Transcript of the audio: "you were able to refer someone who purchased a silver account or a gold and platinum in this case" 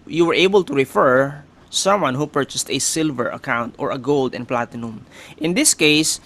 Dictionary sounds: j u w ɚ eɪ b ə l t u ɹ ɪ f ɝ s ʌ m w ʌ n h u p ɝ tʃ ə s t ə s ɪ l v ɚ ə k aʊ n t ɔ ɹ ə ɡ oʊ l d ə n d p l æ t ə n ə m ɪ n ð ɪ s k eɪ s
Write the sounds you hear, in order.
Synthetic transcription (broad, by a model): j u w ɚ eɪ b ə l t u ɹ ɪ f ɝ s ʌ m w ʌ n h u p ɝ tʃ ə s t ə s ɪ l v ɚ ə k aʊ n t ɔ ɹ ə ɡ oʊ l d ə n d p l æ t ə n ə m ɪ n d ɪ s k eɪ s